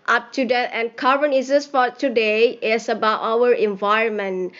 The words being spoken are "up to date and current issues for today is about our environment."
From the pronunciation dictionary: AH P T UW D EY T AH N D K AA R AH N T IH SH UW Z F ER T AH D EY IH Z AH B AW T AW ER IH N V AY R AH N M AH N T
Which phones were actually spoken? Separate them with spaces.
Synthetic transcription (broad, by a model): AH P T UW D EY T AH N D K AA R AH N IH S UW S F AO T AH D EY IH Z AH B AW T AW ER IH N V AY R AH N M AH N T